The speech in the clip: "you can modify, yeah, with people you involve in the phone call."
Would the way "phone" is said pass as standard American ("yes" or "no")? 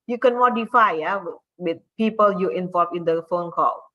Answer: yes